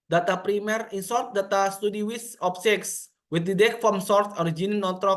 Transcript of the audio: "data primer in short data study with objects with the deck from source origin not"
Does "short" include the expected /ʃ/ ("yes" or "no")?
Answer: no